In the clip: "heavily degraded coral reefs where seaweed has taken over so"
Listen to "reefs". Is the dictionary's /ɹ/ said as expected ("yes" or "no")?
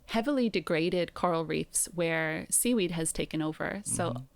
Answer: yes